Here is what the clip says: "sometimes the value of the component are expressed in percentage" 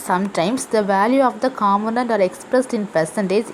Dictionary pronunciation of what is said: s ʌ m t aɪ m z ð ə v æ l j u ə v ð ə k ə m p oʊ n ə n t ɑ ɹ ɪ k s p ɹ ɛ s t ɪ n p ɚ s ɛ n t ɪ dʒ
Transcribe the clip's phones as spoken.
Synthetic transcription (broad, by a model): s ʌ m t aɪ m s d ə v æ l j u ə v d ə k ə m oʊ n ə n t ɑ ɹ ɪ k s p ɹ ɛ s t ɪ n p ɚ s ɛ n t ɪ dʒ